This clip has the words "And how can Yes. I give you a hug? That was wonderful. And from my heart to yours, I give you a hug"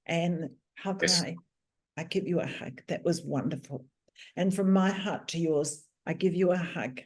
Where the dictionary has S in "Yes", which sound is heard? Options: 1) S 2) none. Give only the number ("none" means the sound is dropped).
2